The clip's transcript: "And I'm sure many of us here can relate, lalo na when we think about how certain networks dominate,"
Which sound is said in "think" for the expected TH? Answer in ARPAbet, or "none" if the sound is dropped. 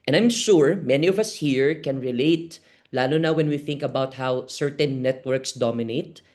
TH